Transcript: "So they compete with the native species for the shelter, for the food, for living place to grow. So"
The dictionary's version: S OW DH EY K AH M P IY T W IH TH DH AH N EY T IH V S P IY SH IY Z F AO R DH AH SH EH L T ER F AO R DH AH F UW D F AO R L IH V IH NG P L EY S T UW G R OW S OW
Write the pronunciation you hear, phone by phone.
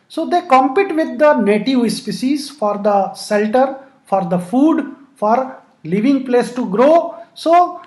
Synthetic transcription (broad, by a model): S OW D EY K AH M P IY T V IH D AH N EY T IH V S P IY S IY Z F AO R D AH S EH L T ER F AO R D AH F UW D F AO R L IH V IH NG P L EY S T UW G R OW S OW